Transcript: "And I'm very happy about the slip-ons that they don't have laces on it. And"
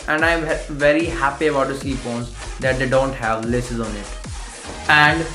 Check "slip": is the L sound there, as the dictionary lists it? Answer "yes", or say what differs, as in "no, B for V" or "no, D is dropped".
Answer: no, L is dropped